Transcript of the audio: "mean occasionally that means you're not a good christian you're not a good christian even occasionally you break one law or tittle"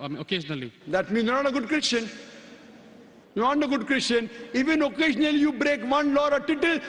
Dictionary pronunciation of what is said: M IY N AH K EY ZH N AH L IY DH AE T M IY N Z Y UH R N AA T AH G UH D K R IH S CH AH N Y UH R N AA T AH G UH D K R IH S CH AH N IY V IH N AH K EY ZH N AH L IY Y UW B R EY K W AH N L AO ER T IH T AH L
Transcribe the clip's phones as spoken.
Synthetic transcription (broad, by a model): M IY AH K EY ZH N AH L IY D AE T M IY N Y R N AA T AH G UH D K R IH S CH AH N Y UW N AA T AH G UH D K R IH S CH AH N IY V IH N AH K EY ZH N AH L IY Y UW B R EY K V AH N L AO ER T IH T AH L